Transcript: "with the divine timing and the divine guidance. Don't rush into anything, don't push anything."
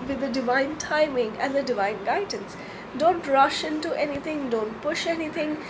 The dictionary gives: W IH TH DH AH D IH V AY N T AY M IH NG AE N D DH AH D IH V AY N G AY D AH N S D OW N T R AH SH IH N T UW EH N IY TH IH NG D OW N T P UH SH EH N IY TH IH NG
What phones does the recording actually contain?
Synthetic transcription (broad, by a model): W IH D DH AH D IH V AY N T AY M IH NG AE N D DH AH D IH V AY N G AY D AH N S D OW N T R AH SH IH N T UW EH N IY T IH NG D OW N T P UH SH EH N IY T IH NG